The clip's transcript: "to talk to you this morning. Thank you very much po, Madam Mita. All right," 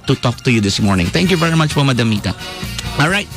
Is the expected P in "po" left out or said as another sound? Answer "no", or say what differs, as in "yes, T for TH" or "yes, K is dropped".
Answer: yes, F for P